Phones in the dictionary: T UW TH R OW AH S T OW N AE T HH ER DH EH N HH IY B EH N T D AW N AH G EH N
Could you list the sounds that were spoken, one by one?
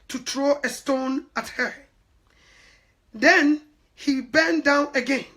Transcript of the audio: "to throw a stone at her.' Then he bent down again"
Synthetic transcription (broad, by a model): T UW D R OW AH S T OW N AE T HH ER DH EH N HH IY B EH N D AW N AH G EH N